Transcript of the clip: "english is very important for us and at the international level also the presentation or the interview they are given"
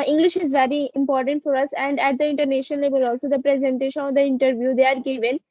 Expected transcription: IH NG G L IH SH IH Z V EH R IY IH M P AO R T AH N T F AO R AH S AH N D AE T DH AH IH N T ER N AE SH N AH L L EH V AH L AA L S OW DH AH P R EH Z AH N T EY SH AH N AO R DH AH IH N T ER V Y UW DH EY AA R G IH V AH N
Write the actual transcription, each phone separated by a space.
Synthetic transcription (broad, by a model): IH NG G L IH SH IH Z V EH R IY IH M P AO R T AH N T F AO R AH S AH N D AE T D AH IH N T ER N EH SH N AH N L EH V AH L AA L S OW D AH P R EH Z AH N T EY SH AH N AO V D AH IH N T ER V Y UW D EY AA R G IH V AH N